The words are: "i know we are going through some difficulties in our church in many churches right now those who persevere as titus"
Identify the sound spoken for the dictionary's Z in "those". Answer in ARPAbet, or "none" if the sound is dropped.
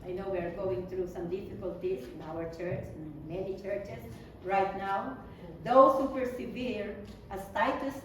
S